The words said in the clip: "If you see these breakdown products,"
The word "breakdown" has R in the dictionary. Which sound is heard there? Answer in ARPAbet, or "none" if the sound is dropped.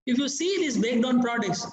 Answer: none